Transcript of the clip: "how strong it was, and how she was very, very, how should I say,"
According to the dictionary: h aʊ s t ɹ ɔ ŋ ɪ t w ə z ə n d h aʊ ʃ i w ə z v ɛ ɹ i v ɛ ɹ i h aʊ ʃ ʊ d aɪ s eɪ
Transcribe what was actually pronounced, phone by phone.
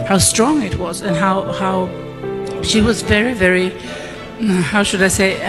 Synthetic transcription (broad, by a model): h aʊ s t ɹ ɔ ŋ ɪ t w ə z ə n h h aʊ ʃ i w ə z v ɛ ɹ i v ɛ ɹ i h aʊ ʃ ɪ d aɪ s eɪ